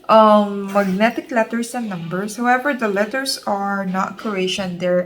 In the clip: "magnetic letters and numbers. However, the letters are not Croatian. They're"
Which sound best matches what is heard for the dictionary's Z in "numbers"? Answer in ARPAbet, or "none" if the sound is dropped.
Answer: S